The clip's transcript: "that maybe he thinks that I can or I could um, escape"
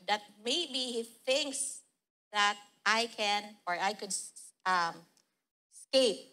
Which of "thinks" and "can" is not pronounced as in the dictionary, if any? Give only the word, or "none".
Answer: none